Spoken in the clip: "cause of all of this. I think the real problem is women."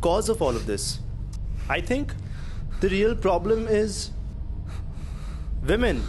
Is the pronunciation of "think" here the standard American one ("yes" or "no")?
no